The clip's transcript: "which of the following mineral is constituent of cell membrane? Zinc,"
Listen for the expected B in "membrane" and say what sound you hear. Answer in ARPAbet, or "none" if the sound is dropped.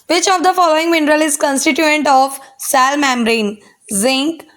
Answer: none